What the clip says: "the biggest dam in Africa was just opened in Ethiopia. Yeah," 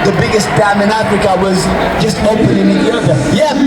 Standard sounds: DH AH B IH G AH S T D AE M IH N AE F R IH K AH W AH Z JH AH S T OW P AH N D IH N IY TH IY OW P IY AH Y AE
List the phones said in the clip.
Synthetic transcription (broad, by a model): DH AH B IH G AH S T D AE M IH N AE F R IH K AH W AH Z JH AH S T OW AH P IH N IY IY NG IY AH Y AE